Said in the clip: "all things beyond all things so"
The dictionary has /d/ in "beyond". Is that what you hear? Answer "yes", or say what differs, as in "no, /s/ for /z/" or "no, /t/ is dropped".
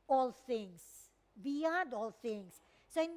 yes